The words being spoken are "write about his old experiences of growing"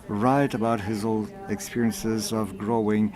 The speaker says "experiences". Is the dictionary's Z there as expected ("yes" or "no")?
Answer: yes